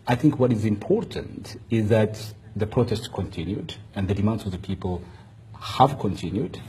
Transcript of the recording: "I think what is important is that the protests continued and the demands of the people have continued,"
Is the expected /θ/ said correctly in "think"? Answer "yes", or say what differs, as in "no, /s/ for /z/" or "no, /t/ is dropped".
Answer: yes